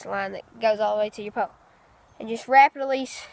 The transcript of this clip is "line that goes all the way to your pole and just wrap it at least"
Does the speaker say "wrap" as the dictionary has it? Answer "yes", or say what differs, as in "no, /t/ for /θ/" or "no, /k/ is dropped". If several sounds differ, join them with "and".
yes